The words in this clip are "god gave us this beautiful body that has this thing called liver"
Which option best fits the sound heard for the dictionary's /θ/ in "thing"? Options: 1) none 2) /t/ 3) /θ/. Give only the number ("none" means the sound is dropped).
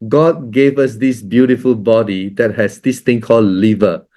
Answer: 2